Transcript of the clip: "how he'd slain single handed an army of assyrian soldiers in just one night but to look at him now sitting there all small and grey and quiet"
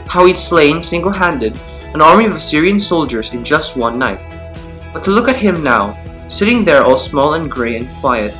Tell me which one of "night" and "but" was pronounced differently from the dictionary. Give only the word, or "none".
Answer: none